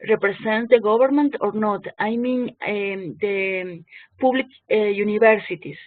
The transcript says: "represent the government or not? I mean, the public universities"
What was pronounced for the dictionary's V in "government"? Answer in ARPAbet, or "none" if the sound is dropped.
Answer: B